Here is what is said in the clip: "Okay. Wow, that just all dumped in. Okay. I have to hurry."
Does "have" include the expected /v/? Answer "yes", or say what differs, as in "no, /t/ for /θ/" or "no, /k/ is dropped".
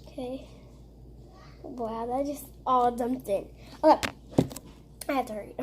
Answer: no, /f/ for /v/